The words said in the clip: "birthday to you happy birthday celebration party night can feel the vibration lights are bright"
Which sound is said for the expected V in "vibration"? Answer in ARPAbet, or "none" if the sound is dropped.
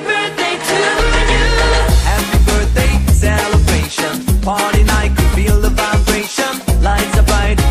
F